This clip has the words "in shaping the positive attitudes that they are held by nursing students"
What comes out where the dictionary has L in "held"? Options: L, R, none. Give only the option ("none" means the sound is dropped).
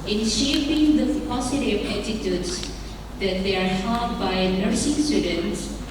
none